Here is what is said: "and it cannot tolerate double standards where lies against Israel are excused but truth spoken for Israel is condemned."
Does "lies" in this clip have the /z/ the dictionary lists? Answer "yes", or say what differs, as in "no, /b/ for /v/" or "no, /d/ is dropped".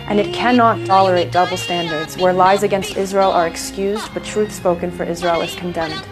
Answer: yes